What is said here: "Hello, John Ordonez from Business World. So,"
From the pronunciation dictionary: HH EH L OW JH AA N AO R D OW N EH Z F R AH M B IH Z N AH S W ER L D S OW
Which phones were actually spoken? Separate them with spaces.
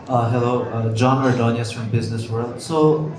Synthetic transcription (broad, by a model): HH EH L OW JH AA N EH R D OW N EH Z F R AH M B IH Z N AH S W ER L D S OW